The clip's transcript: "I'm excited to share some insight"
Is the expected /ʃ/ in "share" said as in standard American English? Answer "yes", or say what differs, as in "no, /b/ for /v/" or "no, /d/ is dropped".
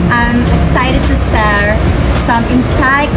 no, /s/ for /ʃ/